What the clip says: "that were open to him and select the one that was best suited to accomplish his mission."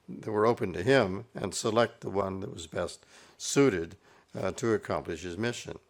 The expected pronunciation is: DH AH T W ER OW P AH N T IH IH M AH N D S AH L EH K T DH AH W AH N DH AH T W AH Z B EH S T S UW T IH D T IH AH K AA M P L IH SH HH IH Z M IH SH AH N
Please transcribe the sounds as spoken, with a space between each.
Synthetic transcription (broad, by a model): DH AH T W ER OW P AH N T IH IH M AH N S AH L EH K T DH AH W AH N DH AH T W AH Z B EH S T S UW T IH D T IH AH K AA M P L IH SH HH IH Z M IH SH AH N